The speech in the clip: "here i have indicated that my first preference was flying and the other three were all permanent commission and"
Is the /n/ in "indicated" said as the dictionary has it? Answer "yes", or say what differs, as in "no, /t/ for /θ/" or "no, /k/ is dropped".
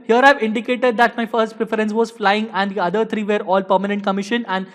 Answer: yes